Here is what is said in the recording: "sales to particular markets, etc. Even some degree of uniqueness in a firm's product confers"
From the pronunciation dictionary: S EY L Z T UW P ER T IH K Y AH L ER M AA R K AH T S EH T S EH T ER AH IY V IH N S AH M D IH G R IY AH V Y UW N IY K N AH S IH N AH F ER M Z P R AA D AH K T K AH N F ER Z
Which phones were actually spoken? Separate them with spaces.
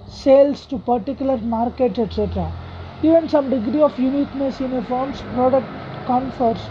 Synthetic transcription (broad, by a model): S EY L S T UW P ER T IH K Y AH L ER M AA R K AH T S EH T S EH T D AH IY V IH N S AH M D IH G R IY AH F Y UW N IY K N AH S IH N AH F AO M S P R AA D AH K T K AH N F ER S